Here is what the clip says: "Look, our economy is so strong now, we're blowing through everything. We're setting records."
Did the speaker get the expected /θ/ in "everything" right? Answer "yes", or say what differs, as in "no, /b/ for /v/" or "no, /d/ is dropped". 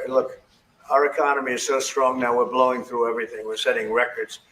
yes